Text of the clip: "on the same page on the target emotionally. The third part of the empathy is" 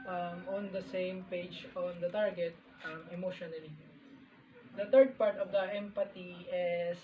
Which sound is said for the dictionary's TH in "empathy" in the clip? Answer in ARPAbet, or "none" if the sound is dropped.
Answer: T